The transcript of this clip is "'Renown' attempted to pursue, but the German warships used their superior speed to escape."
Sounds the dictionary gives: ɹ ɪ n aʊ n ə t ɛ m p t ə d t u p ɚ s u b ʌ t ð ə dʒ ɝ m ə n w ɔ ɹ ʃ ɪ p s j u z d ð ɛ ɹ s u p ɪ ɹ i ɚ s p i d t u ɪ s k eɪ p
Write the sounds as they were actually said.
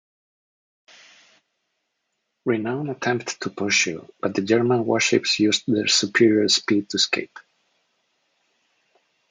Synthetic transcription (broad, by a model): ɹ ɪ n aʊ n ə t ɛ m p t t u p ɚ ʃ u b ʌ t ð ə dʒ ɝ m ə n w ɔ ɹ ʃ ɪ p s j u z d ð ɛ ɹ s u p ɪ ɹ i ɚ s p i d t u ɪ s k eɪ p